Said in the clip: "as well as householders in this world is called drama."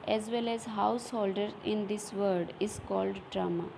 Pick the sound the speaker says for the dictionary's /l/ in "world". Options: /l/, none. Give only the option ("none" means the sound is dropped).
none